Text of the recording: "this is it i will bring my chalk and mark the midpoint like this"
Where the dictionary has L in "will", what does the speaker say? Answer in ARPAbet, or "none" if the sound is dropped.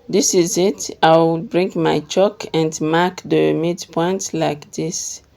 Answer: W